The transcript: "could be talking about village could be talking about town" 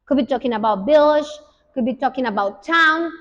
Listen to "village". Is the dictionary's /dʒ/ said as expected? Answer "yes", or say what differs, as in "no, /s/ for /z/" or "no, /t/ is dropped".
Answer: no, /ʃ/ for /dʒ/